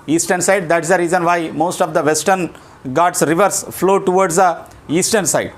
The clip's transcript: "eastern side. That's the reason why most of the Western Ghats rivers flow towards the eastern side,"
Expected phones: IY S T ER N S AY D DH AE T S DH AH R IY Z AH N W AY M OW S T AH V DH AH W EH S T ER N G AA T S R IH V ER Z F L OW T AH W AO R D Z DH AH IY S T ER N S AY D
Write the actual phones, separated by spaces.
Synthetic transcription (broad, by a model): IY S T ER N S AY D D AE T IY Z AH R IY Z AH N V AY M OW S T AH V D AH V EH S T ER N G AA T S R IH V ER S F L OW T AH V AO R D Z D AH IY S T ER N S AY D